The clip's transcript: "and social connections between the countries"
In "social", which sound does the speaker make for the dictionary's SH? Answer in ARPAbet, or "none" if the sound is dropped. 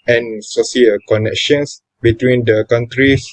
S